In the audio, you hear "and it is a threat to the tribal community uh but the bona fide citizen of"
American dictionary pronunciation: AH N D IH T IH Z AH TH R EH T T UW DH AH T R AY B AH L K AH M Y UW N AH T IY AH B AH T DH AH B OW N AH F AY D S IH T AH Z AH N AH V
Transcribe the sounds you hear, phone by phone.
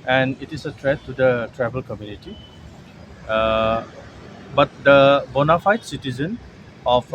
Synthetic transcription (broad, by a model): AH N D IH T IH S AH T R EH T T UW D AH T R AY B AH L K AH M Y UW N AH T IY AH B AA T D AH B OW N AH F AY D S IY T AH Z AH N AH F